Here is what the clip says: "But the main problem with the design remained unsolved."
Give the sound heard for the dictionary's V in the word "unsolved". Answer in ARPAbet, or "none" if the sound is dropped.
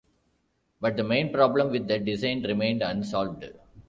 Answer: V